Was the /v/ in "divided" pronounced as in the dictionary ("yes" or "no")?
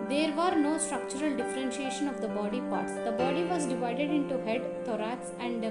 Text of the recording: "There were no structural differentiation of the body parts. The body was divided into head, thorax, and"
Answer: yes